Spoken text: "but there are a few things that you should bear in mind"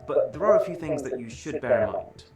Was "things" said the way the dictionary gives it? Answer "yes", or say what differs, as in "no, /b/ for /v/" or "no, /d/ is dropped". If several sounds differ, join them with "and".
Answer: yes